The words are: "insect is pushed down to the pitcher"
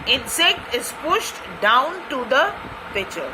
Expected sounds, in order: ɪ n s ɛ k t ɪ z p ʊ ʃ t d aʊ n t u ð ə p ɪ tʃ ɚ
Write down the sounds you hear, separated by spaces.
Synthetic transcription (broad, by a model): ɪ n s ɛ k t ɪ z p ʊ ʃ t d aʊ n t u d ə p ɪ tʃ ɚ